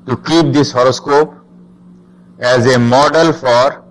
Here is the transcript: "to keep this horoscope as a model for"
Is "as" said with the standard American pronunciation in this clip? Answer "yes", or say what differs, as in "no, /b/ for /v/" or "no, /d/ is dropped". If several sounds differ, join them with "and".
yes